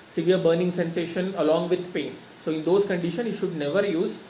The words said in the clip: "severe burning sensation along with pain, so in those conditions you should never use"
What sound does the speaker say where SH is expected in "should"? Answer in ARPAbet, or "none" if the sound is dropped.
SH